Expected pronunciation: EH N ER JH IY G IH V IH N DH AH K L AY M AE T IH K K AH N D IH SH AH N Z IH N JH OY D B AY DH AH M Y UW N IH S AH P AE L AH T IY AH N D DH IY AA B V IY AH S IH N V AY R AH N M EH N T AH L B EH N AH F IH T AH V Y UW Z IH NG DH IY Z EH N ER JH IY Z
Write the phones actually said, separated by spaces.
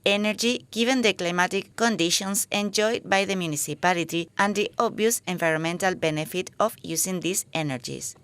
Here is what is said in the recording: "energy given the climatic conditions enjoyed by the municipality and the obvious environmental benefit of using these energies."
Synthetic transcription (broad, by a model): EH N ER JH IY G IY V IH N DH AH K L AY M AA T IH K K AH N D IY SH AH N S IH N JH OY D B AY DH AH M Y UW N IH S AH P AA L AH T IY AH N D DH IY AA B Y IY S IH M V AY R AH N M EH N T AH L B EH N AH F IH T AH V Y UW S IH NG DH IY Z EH N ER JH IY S